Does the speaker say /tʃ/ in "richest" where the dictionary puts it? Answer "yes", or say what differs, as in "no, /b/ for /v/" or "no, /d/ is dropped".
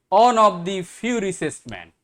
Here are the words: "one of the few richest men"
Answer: no, /s/ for /tʃ/